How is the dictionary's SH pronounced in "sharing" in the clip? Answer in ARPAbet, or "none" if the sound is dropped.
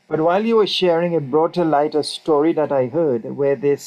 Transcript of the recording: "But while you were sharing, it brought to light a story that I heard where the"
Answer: SH